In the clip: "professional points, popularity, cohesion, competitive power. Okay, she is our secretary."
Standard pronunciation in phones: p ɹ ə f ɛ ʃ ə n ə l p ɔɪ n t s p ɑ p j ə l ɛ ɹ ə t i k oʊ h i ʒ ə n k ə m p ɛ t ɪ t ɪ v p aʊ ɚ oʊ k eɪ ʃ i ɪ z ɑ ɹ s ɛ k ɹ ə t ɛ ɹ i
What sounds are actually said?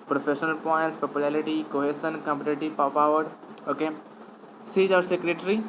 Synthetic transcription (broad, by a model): p ɹ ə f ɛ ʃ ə n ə l p ɔɪ n t s p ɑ p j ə l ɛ ɹ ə t i k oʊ h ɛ s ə n k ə m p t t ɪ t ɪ p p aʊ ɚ oʊ k eɪ s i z ɑ ɹ s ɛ k ɹ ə t ɹ i